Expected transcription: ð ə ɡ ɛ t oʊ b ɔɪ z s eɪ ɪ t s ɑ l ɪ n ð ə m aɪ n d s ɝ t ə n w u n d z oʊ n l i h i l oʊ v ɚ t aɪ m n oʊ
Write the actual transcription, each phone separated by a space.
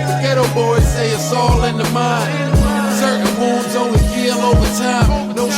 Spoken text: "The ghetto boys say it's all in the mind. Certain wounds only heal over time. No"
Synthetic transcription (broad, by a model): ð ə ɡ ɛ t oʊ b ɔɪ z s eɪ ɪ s ɑ l ɪ n ð ə m aɪ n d s ɝ t n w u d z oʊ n i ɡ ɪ l oʊ v ɚ t aɪ m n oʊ